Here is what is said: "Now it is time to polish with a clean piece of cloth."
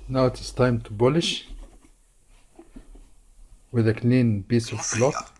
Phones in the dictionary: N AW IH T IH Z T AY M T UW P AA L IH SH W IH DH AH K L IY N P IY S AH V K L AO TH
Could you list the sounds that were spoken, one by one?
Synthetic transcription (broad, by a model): N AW IH T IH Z T AY M T UW B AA L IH SH W IH DH AH K L IY N B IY S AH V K L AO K